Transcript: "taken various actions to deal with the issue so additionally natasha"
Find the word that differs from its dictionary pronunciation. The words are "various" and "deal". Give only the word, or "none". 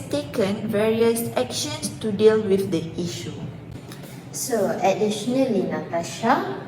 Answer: none